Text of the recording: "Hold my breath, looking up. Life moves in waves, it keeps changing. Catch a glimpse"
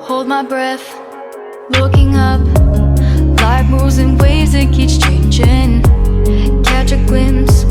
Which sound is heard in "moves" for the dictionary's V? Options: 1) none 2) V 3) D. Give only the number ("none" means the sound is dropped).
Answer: 1